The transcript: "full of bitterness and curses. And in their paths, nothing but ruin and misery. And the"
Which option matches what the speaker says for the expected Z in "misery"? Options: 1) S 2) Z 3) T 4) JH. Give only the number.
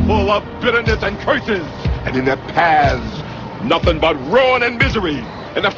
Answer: 2